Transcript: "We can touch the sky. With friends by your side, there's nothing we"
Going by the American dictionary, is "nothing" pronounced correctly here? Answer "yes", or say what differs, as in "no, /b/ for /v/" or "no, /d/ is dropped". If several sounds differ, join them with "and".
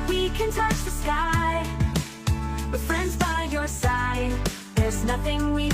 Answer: yes